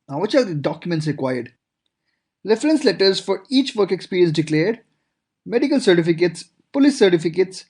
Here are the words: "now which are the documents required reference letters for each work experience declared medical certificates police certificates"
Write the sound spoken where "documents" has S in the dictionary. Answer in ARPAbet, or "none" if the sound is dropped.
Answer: S